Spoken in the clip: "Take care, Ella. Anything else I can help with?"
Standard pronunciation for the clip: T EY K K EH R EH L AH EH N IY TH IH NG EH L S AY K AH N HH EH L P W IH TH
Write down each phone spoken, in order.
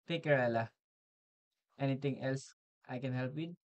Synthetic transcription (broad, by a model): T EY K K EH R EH L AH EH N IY T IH NG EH L S AY K AH N HH EH L P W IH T